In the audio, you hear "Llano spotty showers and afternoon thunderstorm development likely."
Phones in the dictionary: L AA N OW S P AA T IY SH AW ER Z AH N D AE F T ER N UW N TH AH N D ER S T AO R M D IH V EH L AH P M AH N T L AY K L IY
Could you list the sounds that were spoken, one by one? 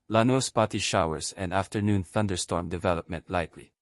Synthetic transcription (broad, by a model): L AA N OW S P AA T IY SH AW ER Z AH N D AE F T ER N UW N TH AH N D ER S T AO R M D IH V EH L AH P M AH N T L AY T L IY